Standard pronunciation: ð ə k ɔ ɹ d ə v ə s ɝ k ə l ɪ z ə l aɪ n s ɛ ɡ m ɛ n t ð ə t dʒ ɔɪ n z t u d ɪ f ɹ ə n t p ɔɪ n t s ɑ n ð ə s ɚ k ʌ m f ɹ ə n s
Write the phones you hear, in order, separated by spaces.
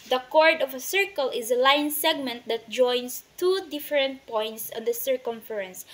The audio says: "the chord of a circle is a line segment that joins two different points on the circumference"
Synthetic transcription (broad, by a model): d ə k ɔ ɹ d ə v ə s ɝ k ə l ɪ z ə l aɪ n s ɛ ɡ m ɛ n t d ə t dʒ ɔɪ n s t u d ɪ f ɹ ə n t p ɔɪ n t s ɑ n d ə s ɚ k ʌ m f ɹ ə n s